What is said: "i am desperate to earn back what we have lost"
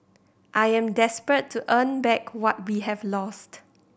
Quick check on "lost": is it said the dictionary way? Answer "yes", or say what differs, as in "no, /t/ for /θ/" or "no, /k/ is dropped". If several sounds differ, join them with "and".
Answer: yes